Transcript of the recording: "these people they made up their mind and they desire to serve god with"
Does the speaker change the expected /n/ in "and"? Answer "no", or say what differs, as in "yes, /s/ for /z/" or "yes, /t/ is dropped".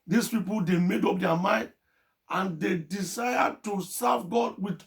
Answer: no